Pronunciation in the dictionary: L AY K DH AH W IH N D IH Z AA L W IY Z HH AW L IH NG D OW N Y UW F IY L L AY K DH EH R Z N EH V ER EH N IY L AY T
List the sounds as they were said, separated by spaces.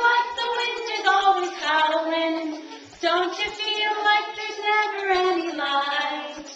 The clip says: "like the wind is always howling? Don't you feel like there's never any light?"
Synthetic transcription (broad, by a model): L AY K DH AH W IH N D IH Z AA L W IY Z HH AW W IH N D OW N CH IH F IY L L AY K DH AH R Z N EH V ER EH N IY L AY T